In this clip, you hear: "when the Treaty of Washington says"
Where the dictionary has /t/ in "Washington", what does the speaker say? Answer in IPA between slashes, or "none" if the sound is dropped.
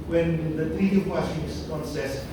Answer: /s/